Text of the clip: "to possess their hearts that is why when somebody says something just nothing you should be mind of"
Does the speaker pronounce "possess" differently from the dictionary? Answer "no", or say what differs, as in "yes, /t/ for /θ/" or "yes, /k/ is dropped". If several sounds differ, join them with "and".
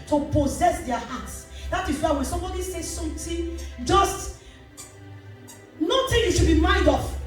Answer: no